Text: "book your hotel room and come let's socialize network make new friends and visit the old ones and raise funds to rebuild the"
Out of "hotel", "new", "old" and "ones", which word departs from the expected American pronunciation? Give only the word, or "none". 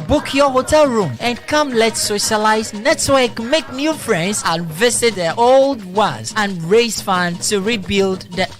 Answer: ones